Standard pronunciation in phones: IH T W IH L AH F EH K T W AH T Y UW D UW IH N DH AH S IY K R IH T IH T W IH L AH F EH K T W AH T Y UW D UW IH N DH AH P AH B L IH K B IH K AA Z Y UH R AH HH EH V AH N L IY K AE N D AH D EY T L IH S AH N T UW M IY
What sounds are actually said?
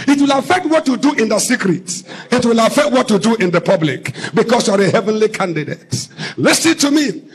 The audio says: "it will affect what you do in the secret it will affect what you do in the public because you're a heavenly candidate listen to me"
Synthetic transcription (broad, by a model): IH T W IH L AH F EH K T W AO T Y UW D UW IH N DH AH S IY K R IH T IH T W IH L AH F EH K T W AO T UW D UW IH N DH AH P AH B L IH K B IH K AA S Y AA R AH HH EH V AH N L IY K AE N D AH D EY T L IH S AH N T UW M IY